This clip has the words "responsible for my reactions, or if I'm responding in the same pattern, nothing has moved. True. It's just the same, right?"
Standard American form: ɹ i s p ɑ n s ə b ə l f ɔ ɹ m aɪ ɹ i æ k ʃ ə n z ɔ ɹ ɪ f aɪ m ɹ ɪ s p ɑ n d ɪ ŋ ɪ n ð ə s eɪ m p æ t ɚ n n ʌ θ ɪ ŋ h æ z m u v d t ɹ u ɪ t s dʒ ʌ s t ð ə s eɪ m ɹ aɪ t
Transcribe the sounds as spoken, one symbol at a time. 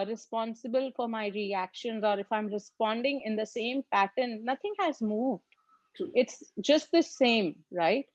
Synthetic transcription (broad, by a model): ɹ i s p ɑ n s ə b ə l f ɔ ɹ m aɪ ɹ i æ k ʃ ə n z ɔ ɹ ɪ f aɪ m ɹ ɪ s p ɑ n d ɪ ŋ ɪ n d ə s eɪ m p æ t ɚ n n ʌ t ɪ ŋ h æ z m u v d ɪ t s dʒ ʌ s t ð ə s eɪ m ɹ aɪ t